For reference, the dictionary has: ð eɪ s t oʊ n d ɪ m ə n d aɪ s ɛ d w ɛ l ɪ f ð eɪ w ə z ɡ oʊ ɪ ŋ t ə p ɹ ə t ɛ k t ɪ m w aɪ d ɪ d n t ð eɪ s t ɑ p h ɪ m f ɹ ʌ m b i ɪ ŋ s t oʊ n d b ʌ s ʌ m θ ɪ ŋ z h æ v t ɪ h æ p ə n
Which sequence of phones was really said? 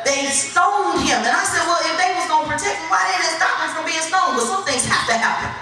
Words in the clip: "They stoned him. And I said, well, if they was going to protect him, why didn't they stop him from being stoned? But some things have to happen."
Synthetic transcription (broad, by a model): ð eɪ s t oʊ n d ɪ m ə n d aɪ s ɛ d w ɛ l ɪ f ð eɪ w ə z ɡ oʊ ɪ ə p ɹ ə t ɛ k t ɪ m w aɪ d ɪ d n t s t ɑ p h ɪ f ɹ ʌ m b i ɪ ŋ s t oʊ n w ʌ s ʌ m θ ɪ ŋ z h æ f t ɪ h æ p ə n